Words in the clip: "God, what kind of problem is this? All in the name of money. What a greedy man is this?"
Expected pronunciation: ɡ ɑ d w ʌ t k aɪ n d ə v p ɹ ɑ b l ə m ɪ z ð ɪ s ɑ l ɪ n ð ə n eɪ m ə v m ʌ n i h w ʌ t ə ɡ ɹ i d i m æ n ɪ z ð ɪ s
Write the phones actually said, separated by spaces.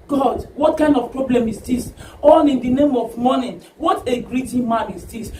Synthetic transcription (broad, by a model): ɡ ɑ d w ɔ t k aɪ n d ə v p ɹ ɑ b l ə m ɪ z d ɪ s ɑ n ɪ n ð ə n eɪ m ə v m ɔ n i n w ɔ t ə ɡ ɹ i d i m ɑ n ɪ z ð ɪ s